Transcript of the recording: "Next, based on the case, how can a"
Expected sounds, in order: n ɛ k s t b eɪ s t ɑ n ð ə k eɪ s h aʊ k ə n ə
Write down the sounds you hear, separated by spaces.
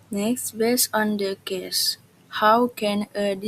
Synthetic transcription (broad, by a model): n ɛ k s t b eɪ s ɑ n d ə k eɪ s h aʊ k ə n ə